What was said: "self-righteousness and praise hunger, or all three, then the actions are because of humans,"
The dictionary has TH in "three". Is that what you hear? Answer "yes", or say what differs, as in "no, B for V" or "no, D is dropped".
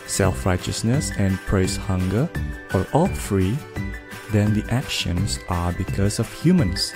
no, F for TH